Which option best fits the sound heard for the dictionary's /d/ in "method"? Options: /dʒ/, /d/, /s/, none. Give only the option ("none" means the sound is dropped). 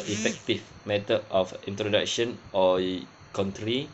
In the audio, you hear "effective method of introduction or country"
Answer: none